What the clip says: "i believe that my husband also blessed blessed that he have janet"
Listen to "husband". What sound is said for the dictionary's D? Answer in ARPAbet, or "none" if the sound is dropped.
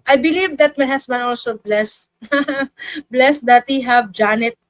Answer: none